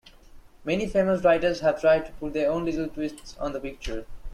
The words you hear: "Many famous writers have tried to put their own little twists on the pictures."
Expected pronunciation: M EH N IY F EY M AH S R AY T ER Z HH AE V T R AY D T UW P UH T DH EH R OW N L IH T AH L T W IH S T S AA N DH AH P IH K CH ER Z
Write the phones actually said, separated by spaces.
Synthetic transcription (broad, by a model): M EH N IY F EY M AH S R AY T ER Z HH AE V T R AY D T UW P UH T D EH R OW N L IH T AH L T W IH S T S AA N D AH P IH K CH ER